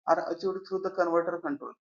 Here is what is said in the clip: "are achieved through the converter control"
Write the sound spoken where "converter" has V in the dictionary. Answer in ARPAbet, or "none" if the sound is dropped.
V